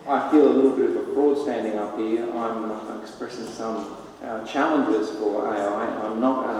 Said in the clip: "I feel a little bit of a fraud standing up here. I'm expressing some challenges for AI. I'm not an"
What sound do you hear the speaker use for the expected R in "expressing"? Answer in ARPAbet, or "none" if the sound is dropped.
R